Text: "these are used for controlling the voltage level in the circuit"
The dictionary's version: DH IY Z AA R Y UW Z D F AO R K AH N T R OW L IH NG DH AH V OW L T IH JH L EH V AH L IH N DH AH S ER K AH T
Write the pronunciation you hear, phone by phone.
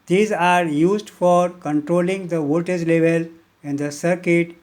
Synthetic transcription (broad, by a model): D IY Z AA R Y UW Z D F AO R K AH N T R OW L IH NG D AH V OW T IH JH L EH V AH L IH N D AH S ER K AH T